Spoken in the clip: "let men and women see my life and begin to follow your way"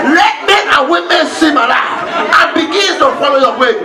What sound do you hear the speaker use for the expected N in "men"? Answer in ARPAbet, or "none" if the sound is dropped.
none